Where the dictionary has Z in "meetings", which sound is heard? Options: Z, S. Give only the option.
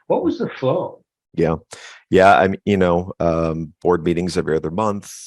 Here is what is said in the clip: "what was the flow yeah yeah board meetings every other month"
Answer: Z